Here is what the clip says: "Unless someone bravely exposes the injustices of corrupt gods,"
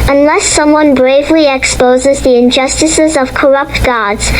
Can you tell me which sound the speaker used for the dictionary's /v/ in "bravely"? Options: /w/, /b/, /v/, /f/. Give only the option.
/v/